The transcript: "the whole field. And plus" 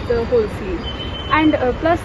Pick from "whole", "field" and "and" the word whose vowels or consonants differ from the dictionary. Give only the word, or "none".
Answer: field